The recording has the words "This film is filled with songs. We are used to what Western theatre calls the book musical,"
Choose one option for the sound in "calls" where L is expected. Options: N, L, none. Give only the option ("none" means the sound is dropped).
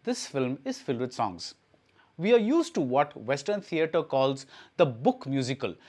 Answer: L